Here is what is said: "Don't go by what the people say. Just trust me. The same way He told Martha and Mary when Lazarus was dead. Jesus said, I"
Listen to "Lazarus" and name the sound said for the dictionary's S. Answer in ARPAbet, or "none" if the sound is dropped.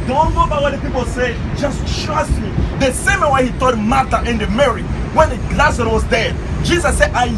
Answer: none